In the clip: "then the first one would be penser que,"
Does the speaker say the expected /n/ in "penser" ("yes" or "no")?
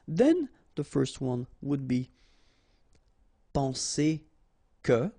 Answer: no